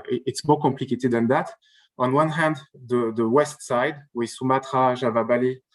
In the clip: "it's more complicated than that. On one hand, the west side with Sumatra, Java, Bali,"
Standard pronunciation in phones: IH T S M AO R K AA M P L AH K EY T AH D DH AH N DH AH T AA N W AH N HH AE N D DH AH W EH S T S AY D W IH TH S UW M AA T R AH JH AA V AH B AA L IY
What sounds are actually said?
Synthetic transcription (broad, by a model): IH T S M AO K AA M P L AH K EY T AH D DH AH N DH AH T AA N W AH N HH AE N D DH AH W EH S T S AY D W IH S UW M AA T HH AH ZH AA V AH B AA L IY